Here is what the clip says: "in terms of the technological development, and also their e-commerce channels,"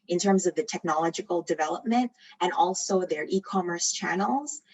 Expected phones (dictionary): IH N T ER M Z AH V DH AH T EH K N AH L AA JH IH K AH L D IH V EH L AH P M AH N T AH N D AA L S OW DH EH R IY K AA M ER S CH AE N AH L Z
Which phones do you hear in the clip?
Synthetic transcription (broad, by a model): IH N T ER M Z AH V DH AH T EH K N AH L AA JH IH K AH L D IH V EH L AH P M AH N T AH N AA L S OW DH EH R IY K AA M ER S CH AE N L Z